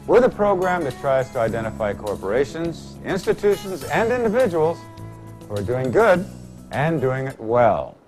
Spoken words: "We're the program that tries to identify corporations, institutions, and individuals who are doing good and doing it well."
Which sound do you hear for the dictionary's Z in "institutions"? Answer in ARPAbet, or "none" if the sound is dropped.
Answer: Z